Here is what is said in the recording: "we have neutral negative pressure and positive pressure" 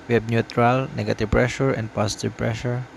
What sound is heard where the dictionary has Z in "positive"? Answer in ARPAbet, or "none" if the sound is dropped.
S